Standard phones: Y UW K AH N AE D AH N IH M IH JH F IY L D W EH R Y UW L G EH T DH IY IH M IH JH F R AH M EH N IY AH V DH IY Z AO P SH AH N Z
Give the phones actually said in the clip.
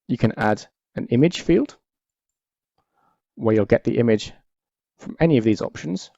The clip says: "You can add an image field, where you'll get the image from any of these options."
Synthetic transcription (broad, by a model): Y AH K AH N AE D AH N IH M IH JH F IY L D W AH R Y UW L G EH T DH IY IH M IH JH F R AH M EH N IY AH V DH IY Z AO P SH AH N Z